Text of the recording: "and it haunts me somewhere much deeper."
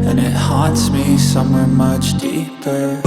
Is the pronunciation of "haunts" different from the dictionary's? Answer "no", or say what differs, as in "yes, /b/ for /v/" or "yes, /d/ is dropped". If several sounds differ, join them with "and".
yes, /n/ is dropped